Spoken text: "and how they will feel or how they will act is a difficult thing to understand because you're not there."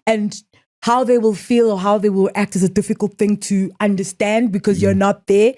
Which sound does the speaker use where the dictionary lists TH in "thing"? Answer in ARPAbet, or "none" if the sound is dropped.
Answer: TH